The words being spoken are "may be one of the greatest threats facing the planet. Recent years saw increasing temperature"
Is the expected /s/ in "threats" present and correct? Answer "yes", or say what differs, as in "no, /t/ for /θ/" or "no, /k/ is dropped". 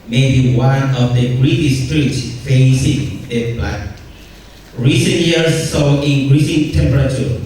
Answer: no, /s/ is dropped